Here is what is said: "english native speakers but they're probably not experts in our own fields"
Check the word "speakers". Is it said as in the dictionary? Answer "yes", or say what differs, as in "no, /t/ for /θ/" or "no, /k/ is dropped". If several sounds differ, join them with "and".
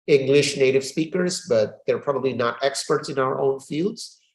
yes